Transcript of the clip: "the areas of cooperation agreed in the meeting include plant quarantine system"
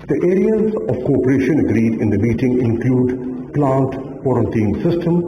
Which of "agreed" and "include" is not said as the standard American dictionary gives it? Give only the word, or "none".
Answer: none